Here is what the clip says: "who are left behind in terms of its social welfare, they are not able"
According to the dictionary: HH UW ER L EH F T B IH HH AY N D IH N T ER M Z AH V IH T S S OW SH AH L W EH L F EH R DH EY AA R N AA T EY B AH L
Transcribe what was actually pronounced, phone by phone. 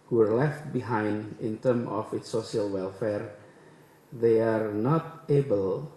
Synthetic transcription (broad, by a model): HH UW ER L EH F T B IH HH AY N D IH N T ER M AH F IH T S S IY AH L W EH L F EH R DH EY AA R N AA T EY B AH L